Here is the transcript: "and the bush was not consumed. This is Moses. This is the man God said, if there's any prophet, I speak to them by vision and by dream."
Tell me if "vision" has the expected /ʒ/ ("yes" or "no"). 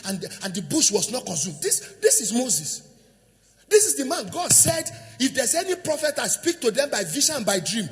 no